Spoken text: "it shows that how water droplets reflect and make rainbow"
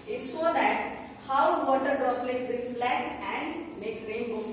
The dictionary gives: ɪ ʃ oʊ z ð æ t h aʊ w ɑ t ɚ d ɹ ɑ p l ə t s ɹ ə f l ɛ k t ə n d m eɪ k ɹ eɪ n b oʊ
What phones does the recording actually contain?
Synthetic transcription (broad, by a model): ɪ s oʊ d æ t h aʊ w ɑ t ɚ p ɹ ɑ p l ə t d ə f l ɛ t ə n d m eɪ k ɹ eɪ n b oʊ